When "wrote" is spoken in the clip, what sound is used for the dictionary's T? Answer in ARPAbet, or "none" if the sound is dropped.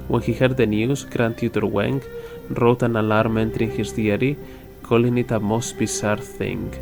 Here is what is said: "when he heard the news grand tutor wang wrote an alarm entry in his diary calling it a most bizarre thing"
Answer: T